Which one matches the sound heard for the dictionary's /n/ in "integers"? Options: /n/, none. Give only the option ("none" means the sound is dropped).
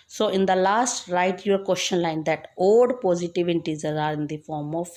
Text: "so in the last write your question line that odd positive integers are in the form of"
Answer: none